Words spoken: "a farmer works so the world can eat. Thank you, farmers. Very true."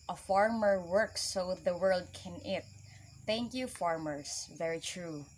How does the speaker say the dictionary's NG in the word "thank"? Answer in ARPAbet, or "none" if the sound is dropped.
NG